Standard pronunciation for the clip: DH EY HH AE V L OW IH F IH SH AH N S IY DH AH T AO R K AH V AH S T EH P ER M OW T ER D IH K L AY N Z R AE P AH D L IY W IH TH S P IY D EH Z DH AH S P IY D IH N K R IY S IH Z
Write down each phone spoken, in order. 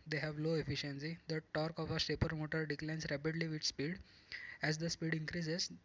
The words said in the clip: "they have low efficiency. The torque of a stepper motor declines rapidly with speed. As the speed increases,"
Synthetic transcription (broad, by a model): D EY HH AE V L OW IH F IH SH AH N S IY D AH T AO R K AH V AH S EH P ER M OW T ER D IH K L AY N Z R AE P AH D L IY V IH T S P IY D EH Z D AH S P IY D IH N K R IY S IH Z